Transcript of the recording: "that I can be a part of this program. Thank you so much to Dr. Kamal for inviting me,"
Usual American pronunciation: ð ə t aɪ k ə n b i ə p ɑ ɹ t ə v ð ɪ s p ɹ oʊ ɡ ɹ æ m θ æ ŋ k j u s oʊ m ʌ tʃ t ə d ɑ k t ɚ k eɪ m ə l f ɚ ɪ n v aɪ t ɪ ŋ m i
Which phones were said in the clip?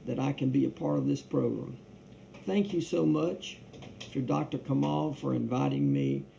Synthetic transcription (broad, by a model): ð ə t aɪ k ə n b i ə p ɑ ɹ t ə v ð ɪ s p ɹ oʊ ɡ ɹ æ m θ æ ŋ k j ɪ s oʊ m ʌ tʃ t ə d ɑ k t ɚ k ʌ m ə l f ɚ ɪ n v aɪ t ɪ ŋ m i